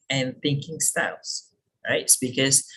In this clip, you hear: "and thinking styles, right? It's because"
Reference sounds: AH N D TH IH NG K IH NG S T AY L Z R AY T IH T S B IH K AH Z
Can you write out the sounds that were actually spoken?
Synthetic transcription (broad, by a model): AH N TH IH NG K IH NG S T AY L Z R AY IH T S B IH K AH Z